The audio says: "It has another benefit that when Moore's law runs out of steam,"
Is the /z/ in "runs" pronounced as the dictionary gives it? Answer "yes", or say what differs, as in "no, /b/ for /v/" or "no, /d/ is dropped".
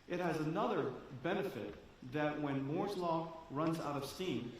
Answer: yes